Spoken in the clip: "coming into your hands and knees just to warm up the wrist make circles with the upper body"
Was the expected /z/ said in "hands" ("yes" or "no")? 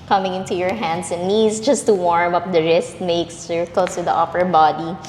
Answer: no